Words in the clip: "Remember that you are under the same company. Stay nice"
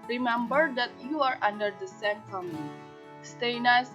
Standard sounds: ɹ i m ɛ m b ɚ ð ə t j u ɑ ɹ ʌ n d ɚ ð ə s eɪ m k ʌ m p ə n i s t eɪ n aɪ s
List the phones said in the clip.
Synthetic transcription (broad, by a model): ɹ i m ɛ m b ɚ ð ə t j u ɑ ɹ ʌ n d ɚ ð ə s eɪ m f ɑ m ə l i s t eɪ n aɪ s